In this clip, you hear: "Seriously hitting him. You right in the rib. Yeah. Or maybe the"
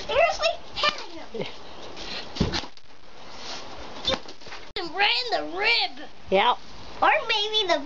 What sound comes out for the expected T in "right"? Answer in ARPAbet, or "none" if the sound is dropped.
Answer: none